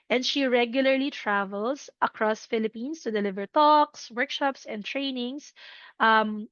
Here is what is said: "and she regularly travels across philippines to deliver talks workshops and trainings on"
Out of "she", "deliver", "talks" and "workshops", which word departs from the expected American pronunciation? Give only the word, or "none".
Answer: none